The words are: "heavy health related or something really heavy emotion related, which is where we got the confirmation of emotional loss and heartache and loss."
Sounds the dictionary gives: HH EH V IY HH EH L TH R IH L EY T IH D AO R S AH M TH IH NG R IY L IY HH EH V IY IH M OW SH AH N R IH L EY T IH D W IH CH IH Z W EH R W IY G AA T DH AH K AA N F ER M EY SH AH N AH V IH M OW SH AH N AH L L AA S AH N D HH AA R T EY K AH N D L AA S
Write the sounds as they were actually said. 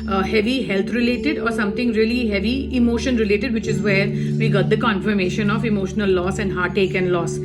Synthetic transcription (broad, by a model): HH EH V IY HH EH L T R IH L EY T IH D AO R S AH M T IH NG R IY L IY HH EH V IY IH M OW SH AH N R IH L EY T IH D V IH CH IH Z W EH R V IY G AA T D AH K AA N F ER M EY SH AH N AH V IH M OW SH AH N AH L L AA S AH N D HH AA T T EY K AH N L AA S